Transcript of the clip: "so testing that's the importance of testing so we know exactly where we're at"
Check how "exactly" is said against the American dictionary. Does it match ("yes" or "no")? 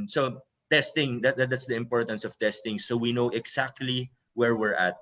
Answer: no